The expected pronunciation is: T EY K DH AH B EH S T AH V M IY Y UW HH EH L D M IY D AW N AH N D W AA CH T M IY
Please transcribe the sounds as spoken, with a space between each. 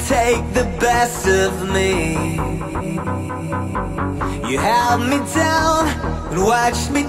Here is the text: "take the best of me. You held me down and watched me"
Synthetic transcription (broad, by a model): T EY K DH AH B EH S T AH V M IY Y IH HH EH L D M IY D AW N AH N W AA CH M IY